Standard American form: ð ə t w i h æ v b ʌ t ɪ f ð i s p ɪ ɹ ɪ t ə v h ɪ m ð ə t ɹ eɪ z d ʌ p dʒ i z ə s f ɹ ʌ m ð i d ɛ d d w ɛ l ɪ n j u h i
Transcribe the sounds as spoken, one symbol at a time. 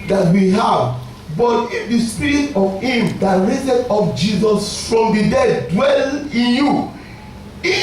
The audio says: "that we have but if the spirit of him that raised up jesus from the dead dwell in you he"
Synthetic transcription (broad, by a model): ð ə t w i h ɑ v b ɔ t ɪ f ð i s p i ɹ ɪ t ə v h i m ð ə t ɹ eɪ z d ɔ f dʒ i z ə s f ɹ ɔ m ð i d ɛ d d w ɛ l ɪ n j u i